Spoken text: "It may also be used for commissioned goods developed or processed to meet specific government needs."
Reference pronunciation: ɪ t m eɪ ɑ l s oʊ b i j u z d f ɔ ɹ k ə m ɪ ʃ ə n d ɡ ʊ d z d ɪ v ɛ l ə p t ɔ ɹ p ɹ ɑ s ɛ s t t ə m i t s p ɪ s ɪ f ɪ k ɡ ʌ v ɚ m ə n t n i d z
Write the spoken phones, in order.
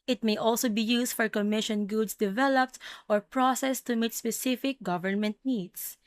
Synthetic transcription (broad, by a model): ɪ t m eɪ ɑ l s oʊ b i j u s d f ɔ ɹ k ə m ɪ ʃ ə n ɡ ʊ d s d ɪ v ɛ l ə p t ɔ ɹ p ɹ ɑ s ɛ s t t ə m i t s p ɪ s ɪ f ɪ k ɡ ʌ v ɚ m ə n t n i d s